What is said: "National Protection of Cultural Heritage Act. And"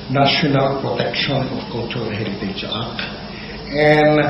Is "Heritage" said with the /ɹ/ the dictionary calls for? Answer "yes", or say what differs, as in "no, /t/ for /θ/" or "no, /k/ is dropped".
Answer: no, /l/ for /ɹ/